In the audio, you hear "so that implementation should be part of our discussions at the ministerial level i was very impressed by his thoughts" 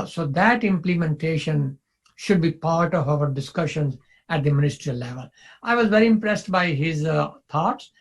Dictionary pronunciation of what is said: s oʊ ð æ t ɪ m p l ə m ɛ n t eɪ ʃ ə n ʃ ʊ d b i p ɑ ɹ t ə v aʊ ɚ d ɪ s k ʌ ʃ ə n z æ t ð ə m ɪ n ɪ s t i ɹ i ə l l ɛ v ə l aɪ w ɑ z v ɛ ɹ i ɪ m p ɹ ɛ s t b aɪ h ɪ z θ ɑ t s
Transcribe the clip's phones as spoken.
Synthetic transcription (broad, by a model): s oʊ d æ t ɪ m p l ə m ɛ n t eɪ ʃ ə n ʃ ʊ d b i p ɑ ɹ t ə v aʊ ɚ d ɪ s k ʌ ʃ ə n z æ t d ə m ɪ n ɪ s t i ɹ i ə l l ɛ v ə l aɪ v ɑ z v ɛ ɹ i ɪ m p ɹ ɛ s t b aɪ h ɪ z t ɑ t s